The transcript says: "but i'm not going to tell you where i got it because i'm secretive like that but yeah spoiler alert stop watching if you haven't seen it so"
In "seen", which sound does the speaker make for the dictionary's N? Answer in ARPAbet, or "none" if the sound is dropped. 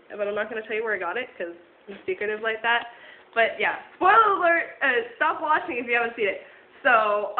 none